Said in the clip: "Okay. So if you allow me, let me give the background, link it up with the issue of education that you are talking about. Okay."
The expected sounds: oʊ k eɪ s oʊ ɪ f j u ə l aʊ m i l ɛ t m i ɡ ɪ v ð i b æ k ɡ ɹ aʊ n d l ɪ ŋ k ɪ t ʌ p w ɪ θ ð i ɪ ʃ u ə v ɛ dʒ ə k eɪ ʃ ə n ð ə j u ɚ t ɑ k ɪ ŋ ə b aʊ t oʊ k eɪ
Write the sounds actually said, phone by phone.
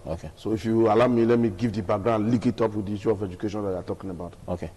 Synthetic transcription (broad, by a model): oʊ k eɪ s oʊ ɪ f j u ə l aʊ m i l ɛ t m i ɡ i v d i b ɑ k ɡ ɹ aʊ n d l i k ɪ t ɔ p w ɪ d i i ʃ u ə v ɛ dʒ ə k eɪ ʃ ə n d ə j u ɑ t ɑ k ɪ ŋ ə b aʊ t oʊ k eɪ